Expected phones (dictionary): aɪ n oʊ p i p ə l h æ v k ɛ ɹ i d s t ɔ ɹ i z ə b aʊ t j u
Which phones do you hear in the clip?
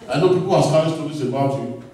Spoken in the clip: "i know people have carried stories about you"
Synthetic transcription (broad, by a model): aɪ n oʊ p i p ə l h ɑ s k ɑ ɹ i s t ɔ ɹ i s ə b aʊ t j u